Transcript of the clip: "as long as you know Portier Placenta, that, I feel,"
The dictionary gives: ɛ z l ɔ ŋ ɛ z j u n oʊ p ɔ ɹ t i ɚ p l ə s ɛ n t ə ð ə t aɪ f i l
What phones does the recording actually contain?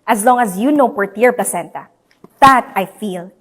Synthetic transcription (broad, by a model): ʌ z l ɔ ŋ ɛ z j u n oʊ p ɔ ɹ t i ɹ p l ə s ɛ n t ə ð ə t aɪ f i l